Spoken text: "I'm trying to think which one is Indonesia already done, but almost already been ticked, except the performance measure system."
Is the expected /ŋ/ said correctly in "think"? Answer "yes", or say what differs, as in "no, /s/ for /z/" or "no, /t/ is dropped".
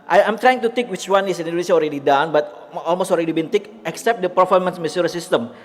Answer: no, /ŋ/ is dropped